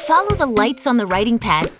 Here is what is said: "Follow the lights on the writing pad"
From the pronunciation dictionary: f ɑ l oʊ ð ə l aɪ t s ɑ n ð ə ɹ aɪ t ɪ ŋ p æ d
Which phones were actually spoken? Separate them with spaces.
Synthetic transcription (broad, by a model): f ɑ l oʊ ð ə l aɪ t s n ð ə ɹ aɪ t ɪ ŋ p æ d